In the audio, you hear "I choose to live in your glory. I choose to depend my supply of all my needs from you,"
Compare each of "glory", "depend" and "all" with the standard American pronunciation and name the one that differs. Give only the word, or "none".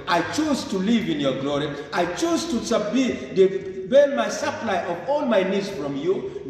depend